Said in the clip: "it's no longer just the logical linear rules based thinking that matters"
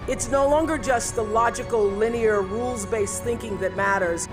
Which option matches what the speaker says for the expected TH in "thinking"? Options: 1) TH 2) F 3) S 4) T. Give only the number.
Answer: 1